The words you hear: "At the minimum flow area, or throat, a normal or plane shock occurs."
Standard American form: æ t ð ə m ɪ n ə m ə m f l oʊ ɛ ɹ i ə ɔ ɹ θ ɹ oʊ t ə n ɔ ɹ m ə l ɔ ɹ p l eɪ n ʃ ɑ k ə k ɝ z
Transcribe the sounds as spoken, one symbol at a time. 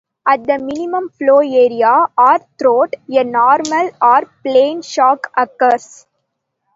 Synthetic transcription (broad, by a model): æ t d ə m ɪ n ə m ə m f l oʊ ɛ ɹ i ə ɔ ɹ t ɹ oʊ t ə n ɔ ɹ m ə l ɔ ɹ p l eɪ n ʃ ɑ k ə k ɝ s